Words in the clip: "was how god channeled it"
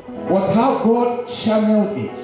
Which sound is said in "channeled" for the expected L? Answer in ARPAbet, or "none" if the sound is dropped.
none